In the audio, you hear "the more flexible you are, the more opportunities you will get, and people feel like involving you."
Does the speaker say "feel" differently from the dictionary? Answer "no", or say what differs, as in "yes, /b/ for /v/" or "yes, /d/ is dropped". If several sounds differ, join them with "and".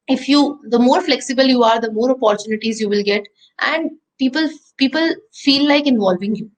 yes, /p/ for /f/